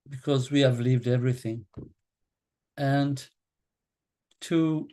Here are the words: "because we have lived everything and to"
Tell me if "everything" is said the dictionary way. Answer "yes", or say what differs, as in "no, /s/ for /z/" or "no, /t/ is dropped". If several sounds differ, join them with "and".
yes